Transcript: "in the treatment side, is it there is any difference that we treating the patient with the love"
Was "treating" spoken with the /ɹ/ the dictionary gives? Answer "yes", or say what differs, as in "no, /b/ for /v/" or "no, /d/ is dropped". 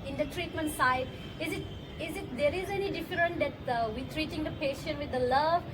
yes